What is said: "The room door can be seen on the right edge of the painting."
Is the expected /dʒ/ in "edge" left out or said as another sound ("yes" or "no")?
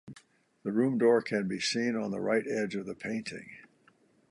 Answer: no